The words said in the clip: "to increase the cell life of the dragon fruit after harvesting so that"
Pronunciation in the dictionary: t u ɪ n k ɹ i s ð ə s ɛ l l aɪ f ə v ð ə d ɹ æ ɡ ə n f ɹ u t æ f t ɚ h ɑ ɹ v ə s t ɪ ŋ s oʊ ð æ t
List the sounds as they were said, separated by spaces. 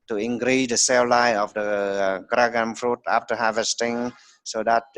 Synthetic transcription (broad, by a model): t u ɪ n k ɹ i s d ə s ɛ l l aɪ ə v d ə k ɹ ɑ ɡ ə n f ɹ u t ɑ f t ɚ h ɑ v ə s t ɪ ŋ s oʊ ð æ t